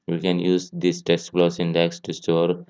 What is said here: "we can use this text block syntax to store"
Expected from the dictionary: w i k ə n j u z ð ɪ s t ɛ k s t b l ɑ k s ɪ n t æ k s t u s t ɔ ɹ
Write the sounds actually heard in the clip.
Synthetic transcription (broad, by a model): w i k ə n j u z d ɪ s t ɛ s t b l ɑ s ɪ n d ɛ k s t u s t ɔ ɹ